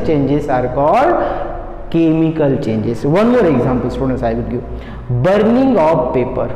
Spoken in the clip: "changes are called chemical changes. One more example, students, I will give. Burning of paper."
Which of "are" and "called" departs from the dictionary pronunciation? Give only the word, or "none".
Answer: called